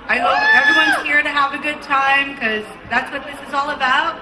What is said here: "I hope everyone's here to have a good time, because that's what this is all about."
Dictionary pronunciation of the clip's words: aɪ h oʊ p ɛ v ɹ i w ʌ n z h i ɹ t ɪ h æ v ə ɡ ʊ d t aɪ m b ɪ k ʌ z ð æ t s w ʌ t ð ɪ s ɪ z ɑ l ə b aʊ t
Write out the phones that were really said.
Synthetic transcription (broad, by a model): aɪ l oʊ ɛ v ɹ i w ʌ n z h i ɹ t ɪ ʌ v ə ɡ ʊ d t aɪ m k ʌ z ð æ t s w ʌ t ð ɪ s ɪ z ɑ l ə b aʊ t